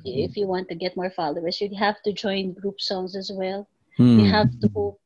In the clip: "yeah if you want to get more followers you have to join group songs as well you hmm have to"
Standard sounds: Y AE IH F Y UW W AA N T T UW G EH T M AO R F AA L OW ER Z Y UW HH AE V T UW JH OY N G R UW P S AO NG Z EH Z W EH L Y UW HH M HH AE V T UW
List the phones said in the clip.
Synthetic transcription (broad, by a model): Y IH F Y UW W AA N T T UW G EH T M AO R F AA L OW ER S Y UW HH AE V T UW JH OY N G R UW P S AO NG S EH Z W EH L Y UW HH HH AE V T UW